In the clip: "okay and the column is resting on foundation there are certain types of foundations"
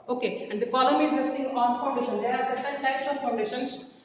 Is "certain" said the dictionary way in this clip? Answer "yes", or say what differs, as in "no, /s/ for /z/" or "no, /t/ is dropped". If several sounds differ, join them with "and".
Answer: no, /s/ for /t/